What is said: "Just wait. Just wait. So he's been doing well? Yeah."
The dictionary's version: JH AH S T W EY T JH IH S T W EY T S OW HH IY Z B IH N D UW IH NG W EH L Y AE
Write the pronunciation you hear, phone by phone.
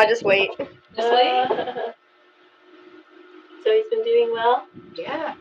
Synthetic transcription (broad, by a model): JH AH S T W EY IH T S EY S OW HH IY Z B IH N D UW IH NG W EH L Y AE